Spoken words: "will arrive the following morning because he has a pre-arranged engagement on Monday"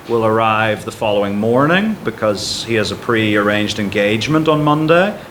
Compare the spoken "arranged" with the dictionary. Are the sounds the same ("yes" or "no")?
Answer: yes